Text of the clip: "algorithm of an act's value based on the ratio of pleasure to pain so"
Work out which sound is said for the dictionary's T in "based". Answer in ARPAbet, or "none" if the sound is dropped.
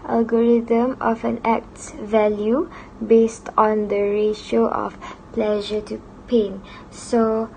T